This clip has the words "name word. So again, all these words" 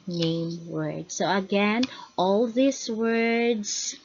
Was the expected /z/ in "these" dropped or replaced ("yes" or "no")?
yes